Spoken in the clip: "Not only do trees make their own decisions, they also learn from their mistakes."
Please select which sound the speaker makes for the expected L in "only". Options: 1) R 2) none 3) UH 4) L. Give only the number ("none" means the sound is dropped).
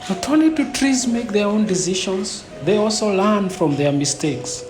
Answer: 2